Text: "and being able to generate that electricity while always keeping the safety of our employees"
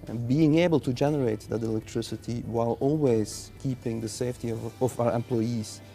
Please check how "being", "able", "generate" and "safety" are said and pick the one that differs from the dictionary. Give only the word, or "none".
none